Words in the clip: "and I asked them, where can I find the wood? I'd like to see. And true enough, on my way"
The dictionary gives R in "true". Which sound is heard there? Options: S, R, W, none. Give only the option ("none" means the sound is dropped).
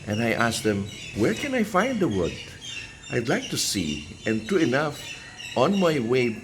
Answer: none